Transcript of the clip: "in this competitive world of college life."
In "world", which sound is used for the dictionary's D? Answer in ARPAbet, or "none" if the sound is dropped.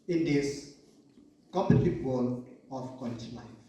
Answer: none